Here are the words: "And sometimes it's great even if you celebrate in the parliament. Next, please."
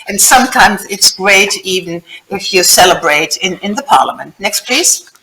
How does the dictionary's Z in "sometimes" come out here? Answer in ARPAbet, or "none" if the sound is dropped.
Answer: Z